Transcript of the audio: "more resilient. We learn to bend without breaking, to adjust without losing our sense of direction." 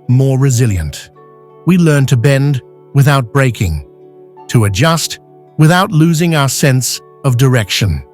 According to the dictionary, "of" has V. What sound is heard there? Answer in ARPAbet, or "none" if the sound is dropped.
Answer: V